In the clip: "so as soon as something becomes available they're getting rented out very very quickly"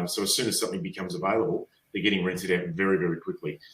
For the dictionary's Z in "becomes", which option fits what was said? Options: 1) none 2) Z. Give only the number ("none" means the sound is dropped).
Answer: 2